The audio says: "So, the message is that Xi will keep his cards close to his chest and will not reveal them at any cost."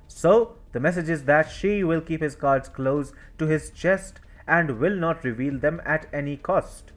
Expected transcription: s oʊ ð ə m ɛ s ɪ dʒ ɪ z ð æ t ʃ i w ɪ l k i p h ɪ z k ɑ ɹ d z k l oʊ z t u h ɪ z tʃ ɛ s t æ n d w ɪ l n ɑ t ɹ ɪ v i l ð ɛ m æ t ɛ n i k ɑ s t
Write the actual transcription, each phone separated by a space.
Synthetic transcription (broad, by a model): s oʊ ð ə m ɛ s ɪ dʒ ɪ z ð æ t ʃ i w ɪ l k i p h ɪ z k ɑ ɹ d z k l oʊ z t u h ɪ z tʃ ɛ s t æ n d w ɪ l n ɑ t ɹ ɪ v i l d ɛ m æ t ɛ n i k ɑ s t